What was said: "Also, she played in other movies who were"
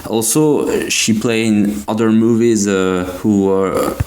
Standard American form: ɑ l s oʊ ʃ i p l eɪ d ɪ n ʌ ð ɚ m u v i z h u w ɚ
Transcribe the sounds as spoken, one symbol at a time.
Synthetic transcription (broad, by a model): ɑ l s oʊ ʃ i p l eɪ ɪ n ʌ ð ɚ m u v i z h u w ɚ